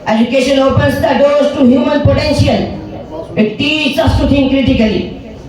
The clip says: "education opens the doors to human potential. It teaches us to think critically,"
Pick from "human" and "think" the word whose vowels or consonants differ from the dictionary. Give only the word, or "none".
think